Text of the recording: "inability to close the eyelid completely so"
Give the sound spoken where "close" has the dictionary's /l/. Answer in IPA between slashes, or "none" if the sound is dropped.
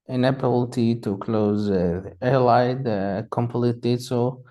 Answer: /l/